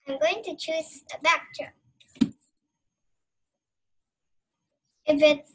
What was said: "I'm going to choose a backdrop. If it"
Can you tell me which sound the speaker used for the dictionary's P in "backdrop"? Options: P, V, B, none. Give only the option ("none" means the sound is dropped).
none